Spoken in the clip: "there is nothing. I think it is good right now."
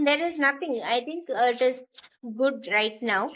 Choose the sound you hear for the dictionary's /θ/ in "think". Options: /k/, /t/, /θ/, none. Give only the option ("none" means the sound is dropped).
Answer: /t/